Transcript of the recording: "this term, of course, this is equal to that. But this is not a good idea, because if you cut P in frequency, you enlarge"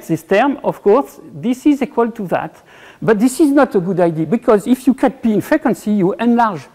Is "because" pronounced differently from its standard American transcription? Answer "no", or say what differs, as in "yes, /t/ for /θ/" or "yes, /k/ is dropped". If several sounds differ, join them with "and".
no